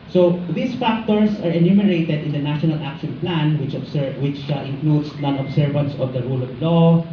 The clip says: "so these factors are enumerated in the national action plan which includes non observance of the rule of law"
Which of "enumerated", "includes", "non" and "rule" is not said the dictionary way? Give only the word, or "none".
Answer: includes